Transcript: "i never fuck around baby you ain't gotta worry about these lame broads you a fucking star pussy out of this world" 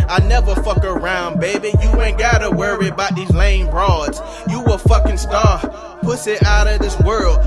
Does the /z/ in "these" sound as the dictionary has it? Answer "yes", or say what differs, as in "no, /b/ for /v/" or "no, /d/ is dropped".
yes